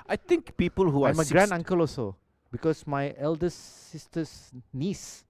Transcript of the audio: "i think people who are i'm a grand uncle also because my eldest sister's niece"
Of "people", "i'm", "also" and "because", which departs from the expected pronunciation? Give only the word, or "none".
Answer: because